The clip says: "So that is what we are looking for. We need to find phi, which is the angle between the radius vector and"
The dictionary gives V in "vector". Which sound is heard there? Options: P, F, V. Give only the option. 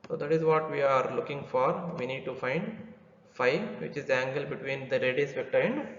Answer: P